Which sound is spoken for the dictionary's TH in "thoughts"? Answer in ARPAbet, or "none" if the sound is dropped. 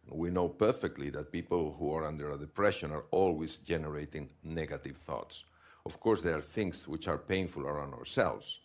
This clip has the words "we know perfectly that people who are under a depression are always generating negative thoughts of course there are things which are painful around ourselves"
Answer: TH